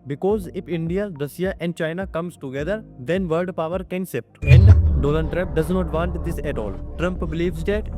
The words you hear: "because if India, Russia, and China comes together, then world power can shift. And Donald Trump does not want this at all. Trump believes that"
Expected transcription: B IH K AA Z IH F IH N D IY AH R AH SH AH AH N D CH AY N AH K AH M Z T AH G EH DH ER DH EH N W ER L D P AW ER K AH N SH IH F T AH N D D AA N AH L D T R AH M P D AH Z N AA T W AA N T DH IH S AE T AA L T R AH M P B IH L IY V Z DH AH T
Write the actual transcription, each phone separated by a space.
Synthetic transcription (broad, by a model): B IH K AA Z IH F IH N D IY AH R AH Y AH AH N D CH AY N AH K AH M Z T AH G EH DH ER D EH N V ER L D P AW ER K AH N S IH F T AH N D D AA L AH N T R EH P D AH Z N AA T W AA N T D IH S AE T AA L T R AH M P B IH L IY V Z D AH T